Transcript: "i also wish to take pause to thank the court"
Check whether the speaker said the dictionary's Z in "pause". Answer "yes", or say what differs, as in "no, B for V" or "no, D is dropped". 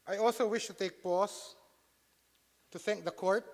no, S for Z